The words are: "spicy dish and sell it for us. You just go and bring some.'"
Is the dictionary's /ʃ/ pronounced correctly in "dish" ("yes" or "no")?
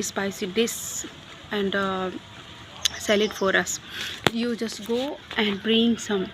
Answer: no